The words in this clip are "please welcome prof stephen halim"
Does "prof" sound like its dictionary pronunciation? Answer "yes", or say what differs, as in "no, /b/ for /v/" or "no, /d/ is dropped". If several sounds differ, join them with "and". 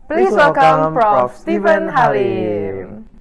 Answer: no, /f/ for /p/